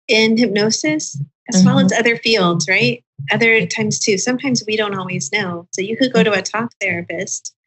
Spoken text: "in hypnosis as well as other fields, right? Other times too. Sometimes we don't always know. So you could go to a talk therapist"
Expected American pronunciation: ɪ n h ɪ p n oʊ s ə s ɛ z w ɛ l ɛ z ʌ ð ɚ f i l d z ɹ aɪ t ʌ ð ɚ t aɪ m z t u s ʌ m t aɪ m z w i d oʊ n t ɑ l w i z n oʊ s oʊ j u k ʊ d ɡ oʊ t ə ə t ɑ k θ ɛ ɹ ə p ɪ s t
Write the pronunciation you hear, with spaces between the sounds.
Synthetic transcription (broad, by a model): ɪ n h ɪ p n oʊ s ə s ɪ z w ɛ l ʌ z ʌ ð ɚ f i l d z ɹ aɪ t ʌ ð ɚ t aɪ m z t u s ʌ m t aɪ m z w i d oʊ n t ɑ l w i z n oʊ s oʊ j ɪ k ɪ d ɡ oʊ t ə ə t ɑ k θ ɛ ɹ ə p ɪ s t